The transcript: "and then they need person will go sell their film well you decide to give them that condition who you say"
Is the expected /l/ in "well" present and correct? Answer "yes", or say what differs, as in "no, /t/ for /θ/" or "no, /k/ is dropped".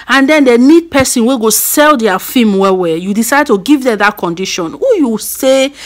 no, /w/ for /l/